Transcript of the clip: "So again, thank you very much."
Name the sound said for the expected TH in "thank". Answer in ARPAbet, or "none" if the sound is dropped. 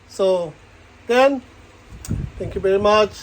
T